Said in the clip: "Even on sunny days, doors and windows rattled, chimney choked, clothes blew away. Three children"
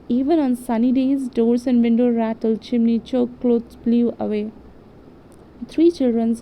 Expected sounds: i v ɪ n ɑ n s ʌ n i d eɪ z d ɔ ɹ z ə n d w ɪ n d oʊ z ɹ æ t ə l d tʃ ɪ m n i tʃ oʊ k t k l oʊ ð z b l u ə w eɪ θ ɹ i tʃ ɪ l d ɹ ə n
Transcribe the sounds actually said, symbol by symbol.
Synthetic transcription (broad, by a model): i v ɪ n ɑ n s ʌ n i d eɪ z d ɔ ɹ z ə n d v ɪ n d oʊ ɹ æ t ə l tʃ ɪ m n i tʃ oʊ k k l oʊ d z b l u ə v eɪ t ɹ i tʃ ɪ l d ɹ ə n